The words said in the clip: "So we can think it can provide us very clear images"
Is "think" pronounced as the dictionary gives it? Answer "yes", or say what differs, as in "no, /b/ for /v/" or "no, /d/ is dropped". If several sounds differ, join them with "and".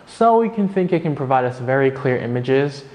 yes